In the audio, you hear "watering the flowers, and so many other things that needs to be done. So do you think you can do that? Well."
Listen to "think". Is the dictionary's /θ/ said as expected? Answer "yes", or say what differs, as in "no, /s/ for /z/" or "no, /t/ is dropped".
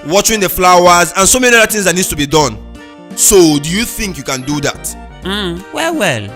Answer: yes